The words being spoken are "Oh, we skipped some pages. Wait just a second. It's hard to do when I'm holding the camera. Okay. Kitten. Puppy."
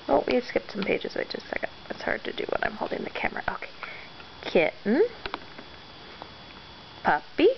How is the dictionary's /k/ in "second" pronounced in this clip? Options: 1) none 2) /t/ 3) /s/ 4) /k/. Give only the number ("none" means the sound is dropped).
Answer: 1